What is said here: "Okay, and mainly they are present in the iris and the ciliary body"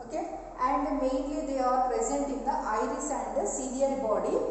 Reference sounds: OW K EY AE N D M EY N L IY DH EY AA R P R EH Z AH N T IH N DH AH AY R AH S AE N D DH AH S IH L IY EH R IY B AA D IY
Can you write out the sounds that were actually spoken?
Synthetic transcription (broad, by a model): OW K EY AE N D M EY N L IY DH EY AA R P R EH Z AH N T IH N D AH AY R AH S AE N D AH S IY N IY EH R B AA D IY